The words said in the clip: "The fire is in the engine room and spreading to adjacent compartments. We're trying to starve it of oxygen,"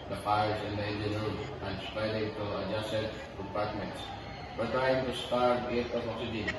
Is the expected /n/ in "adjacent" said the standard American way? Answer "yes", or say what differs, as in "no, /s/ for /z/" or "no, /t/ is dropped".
no, /n/ is dropped